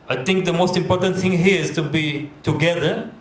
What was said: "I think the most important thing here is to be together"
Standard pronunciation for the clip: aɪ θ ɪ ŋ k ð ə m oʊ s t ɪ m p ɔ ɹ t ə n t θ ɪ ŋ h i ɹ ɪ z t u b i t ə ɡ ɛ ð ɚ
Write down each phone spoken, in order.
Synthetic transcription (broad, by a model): aɪ t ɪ ŋ k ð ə m oʊ s t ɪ m p ɔ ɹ t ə n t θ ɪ ŋ h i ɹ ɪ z t u b i t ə ɡ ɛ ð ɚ